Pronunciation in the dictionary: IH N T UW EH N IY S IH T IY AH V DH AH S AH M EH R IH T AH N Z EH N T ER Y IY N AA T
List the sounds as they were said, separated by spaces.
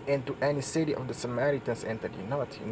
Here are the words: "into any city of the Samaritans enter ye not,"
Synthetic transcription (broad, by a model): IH N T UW EH N IY S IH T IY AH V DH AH S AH M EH R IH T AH N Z EH N T ER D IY N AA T